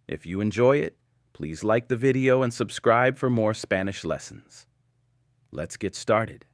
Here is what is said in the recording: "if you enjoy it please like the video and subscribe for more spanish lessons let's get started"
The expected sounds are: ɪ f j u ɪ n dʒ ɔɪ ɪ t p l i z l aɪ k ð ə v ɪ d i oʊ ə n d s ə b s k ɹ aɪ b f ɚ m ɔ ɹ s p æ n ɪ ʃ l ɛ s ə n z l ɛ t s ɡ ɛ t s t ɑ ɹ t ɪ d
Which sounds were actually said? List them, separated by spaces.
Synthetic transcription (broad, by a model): ɪ f j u ɪ n dʒ ɔɪ ɪ t p l i z l aɪ k ð ə v ɪ d i oʊ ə n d s ə b s k ɹ aɪ b f ɚ m ɔ ɹ s p æ n ɪ ʃ l ɛ s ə n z l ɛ t s ɡ ɛ t s t ɑ ɹ t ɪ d